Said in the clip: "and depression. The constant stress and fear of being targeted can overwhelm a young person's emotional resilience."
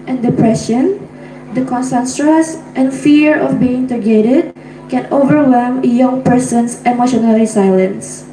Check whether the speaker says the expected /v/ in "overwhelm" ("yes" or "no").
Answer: yes